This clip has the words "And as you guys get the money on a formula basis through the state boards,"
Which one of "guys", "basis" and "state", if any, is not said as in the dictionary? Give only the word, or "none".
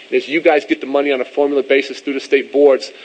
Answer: none